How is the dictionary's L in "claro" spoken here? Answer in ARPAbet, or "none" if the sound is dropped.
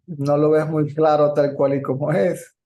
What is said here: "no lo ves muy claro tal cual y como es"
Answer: L